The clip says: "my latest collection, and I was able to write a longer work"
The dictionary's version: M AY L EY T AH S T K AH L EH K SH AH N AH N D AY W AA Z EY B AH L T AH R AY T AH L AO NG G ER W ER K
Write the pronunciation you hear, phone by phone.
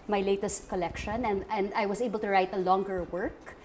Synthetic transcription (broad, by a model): M AY L EY T AH S T K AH L EH K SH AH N AH N D AY W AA S EY B AH L T AH R AY T AH L AO NG G ER W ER K